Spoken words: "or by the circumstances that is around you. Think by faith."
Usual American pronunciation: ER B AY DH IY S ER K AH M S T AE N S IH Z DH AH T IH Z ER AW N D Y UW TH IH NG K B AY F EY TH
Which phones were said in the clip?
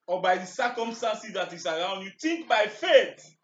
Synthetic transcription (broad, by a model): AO B AY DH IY S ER K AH M S T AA N S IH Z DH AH T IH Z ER AW N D Y UW T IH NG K B AY F EY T